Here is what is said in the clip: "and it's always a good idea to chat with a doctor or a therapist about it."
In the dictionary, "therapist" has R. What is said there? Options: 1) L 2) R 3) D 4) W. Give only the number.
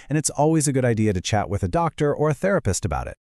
2